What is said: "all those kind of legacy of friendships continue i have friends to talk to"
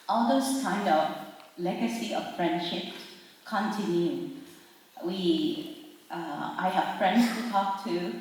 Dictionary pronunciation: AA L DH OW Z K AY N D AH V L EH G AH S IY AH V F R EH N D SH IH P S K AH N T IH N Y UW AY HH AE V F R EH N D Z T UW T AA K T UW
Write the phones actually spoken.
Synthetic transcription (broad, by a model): AA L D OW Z K AY N D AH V L EH G AH S IY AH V F R EH N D SH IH P K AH N T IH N Y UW AY HH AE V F R EH N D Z T UW T AA K T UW